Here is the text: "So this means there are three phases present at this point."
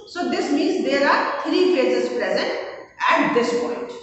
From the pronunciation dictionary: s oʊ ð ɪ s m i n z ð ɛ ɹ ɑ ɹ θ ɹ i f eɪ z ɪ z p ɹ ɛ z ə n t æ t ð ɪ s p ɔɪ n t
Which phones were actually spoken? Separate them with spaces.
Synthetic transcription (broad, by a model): s oʊ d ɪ s m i n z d ɛ ɹ ɑ ɹ t ɹ i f eɪ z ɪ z p ɹ ɛ z ə n t æ t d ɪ s p ɔɪ n t